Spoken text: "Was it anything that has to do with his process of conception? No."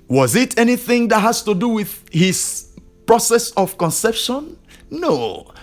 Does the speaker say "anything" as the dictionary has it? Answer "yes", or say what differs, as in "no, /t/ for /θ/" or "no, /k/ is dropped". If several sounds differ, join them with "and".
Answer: yes